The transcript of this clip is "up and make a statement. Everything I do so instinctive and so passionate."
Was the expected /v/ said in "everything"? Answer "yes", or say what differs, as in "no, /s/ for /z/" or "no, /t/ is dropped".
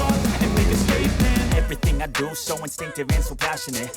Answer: yes